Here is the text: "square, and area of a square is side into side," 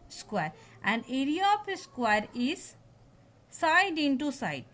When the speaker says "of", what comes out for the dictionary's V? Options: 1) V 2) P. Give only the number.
2